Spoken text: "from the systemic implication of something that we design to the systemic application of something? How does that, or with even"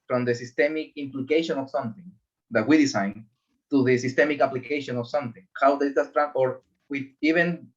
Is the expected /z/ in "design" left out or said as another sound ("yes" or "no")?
yes